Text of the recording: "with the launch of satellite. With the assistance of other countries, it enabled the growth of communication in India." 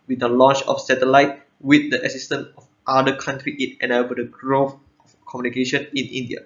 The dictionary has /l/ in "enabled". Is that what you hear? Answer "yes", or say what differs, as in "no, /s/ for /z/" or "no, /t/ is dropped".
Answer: no, /l/ is dropped